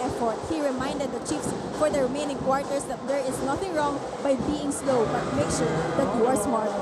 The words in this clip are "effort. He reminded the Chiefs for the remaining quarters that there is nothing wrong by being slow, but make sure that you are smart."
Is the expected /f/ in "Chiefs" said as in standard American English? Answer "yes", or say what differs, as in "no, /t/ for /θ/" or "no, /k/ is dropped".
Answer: yes